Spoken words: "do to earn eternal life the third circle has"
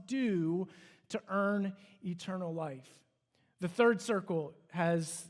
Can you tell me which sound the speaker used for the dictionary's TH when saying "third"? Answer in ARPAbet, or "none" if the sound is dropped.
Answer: TH